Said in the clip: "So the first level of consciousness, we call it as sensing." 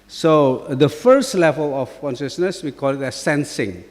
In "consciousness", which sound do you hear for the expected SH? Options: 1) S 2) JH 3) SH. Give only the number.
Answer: 3